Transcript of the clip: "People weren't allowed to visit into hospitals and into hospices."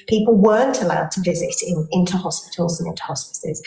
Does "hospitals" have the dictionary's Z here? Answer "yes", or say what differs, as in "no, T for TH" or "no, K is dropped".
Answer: yes